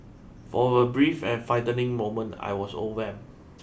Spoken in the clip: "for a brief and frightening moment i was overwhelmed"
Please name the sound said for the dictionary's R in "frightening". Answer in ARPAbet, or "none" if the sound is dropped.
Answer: none